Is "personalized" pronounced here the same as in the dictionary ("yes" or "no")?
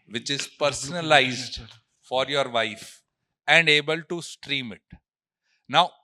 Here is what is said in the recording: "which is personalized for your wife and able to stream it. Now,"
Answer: yes